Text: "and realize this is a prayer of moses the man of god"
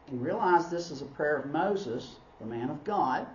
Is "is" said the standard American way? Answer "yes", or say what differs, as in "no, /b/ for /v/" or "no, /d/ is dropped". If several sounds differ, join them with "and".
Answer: yes